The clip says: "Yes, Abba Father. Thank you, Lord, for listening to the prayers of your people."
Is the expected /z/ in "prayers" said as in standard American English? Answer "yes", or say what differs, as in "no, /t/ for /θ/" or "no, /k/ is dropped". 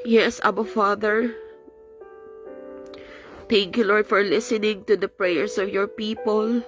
no, /s/ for /z/